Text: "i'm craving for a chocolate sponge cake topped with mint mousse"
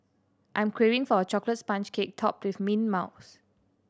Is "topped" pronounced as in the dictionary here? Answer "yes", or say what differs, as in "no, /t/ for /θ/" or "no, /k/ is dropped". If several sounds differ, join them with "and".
yes